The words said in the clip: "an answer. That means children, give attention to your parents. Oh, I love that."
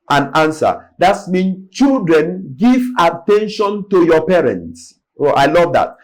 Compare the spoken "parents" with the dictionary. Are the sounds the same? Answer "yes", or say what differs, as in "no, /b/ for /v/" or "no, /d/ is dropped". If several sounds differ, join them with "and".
yes